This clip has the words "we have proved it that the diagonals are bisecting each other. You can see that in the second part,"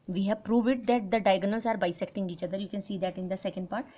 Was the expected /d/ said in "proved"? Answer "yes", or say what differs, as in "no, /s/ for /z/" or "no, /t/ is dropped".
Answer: no, /d/ is dropped